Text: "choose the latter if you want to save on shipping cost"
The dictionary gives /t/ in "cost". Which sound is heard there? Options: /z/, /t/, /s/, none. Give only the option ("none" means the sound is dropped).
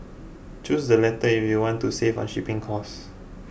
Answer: none